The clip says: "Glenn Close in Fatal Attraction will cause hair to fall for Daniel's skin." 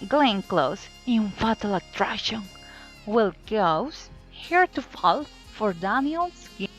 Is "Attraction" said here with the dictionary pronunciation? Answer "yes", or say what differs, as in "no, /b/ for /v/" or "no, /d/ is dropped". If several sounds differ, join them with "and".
no, /k/ is dropped